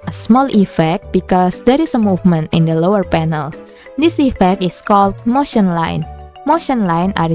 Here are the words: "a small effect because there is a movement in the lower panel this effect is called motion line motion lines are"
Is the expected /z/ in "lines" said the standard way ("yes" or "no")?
no